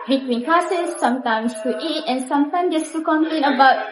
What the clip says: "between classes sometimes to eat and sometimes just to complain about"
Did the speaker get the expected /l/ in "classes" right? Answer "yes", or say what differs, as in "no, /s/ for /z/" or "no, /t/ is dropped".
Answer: no, /l/ is dropped